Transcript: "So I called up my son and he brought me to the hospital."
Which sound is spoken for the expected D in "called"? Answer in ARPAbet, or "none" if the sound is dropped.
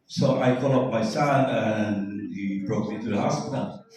none